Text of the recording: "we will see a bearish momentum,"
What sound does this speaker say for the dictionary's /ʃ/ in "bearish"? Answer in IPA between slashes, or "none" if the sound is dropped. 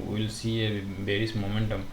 /s/